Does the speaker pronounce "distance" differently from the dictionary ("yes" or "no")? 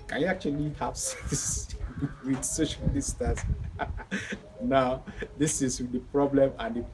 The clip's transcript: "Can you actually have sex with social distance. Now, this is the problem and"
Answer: yes